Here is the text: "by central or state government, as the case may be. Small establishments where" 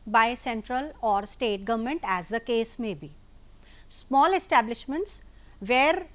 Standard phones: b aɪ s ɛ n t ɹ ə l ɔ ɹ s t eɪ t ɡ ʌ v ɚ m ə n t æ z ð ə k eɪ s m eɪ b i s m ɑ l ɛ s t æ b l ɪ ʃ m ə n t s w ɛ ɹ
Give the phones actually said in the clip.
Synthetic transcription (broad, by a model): b aɪ s ɛ n t ɹ ə l ɔ ɹ s t eɪ t ɡ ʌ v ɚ m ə n t æ z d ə k eɪ s m eɪ b i s m ɑ l ɛ s t æ b l ɪ ʃ m ə n t s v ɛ ɹ